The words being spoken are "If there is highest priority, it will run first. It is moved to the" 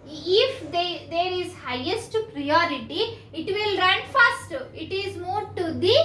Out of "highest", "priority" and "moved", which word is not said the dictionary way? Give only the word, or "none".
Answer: moved